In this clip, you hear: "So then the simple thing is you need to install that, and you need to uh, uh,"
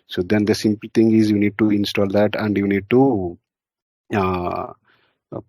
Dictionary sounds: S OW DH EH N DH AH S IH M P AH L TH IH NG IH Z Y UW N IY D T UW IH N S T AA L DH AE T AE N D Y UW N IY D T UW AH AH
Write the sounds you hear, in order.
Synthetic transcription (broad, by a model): S OW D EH N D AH S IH M P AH L T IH NG IH Z Y UW N IY D T UW IH N S T AA L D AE T AE N D Y UW N IY D T UW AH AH